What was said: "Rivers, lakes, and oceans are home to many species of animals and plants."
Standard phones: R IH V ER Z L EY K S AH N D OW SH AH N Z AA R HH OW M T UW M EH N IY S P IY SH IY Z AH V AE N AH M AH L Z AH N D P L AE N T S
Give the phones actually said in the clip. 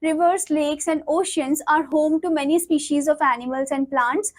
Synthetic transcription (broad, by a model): R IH V ER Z L EY K S AH N D OW SH AH N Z AA R HH OW M T UW M EH N IY S P IY SH IY Z AH V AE N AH M AH L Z AH N D P L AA N T S